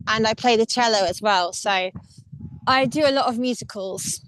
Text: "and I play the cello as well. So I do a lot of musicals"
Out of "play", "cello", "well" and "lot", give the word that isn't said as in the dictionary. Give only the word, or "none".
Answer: none